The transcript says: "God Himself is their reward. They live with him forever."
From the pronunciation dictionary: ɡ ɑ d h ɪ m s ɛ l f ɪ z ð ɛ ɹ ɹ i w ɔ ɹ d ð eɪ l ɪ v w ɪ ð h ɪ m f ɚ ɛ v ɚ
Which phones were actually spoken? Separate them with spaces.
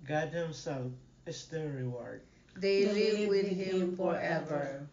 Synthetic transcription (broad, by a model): ɡ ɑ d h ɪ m s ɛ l ɪ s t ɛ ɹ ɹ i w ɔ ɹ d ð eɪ l ɪ v w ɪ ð h ɪ m f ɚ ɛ v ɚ